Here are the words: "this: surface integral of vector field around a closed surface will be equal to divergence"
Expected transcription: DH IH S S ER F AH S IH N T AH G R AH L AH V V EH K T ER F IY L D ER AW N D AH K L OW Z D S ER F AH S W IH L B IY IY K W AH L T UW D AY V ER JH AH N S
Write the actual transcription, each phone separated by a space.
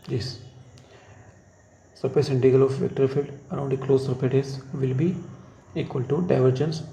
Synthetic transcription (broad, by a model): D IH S S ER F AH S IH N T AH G AH L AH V V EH K T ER F IY L D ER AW N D AH K L OW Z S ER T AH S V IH L B IY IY K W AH L T UW D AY V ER JH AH N S